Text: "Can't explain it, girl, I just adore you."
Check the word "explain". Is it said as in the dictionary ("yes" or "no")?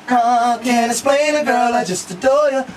no